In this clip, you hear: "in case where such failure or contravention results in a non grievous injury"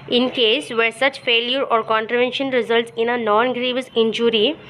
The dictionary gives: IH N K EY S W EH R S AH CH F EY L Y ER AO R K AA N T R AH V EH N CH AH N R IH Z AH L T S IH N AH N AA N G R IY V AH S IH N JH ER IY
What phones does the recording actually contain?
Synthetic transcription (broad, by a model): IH N K EY S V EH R S AH CH F EY L Y ER AO R K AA N T R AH V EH N SH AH N R IH Z AH L T S IH N AH N AA N G R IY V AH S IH N JH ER IY